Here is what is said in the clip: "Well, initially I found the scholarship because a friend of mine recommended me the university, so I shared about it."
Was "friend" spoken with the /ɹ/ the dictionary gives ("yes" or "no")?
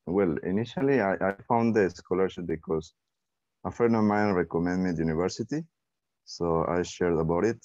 no